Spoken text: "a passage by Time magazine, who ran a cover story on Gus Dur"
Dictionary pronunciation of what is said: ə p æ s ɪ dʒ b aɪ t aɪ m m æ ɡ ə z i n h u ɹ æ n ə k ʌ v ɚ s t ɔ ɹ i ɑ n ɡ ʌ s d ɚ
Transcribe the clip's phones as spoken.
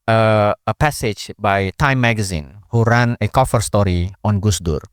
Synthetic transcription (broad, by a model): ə p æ s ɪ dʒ b aɪ t aɪ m m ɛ ɡ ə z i n h u ɹ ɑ n ə k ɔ f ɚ s t ɔ ɹ i ɑ n ɡ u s d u